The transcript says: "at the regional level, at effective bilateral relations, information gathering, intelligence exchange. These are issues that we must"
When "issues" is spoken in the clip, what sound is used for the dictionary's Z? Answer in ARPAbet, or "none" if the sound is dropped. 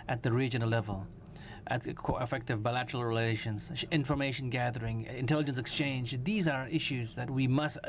Z